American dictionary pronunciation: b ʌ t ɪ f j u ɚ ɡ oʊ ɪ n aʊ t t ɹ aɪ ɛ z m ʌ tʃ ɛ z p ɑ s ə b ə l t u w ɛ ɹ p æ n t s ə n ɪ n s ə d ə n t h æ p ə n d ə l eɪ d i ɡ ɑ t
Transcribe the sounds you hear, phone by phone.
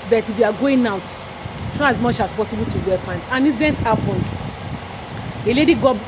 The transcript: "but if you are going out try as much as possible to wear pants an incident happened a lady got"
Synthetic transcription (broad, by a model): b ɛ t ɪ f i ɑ ɡ oʊ ɪ n aʊ t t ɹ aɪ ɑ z m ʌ tʃ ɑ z p ɑ s ə b ə l t u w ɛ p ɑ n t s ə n n ə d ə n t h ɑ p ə n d ə l eɪ d i ɡ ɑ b